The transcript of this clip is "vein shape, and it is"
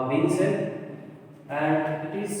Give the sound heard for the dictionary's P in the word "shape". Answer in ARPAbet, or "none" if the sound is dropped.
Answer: none